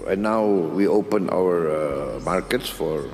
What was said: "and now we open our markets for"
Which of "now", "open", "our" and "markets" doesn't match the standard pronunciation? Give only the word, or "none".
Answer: none